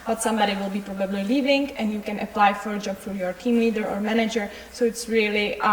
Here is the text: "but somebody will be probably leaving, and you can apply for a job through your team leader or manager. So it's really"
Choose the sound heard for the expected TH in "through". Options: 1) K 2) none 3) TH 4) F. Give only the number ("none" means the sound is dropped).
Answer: 4